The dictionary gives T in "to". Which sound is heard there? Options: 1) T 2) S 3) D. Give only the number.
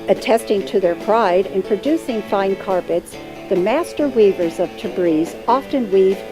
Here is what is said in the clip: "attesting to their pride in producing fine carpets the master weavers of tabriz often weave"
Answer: 1